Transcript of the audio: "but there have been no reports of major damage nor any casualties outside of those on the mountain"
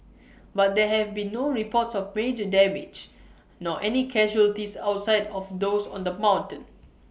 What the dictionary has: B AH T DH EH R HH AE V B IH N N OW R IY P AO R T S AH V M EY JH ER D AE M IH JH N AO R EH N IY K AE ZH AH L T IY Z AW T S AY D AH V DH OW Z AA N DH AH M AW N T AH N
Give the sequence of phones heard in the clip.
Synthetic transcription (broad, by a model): B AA T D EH HH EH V B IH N N OW R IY P AO T S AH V M EY JH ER D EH M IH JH N AO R EH N IY K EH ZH AH L T IY S AW T S AY D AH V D OW S AA N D AH M AW N T AH N